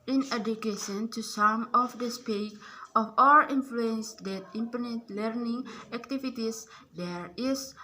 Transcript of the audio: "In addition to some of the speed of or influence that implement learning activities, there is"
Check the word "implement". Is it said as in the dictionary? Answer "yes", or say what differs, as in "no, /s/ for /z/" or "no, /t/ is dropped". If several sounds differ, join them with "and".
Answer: no, /l/ is dropped